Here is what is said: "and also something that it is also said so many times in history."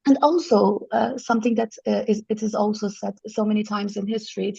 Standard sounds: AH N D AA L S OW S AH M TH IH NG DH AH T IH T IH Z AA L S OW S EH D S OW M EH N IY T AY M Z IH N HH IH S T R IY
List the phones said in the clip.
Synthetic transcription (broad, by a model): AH N AA L S OW S AH M TH IH NG DH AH T IH T IH Z AA L S OW S EH D S OW M EH N IY T AY M Z IH N HH IH S T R IY